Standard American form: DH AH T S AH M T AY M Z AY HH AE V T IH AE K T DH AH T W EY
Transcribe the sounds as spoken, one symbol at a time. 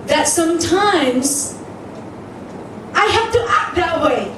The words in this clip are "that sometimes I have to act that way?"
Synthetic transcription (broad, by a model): DH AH T S AH M T AY M Z AY HH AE F T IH AE K T DH AH T W EY